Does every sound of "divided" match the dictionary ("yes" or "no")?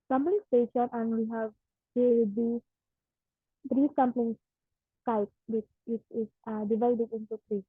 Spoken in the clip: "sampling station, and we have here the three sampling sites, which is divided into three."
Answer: yes